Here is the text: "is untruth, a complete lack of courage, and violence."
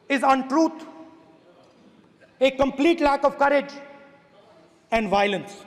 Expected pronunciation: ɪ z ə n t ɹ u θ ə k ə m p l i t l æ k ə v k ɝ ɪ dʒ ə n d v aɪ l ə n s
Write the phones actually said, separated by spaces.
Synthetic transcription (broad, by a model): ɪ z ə n t ɹ u t ə k ə m p l i t l æ k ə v k ɝ ɪ dʒ ə n d v aɪ l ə n s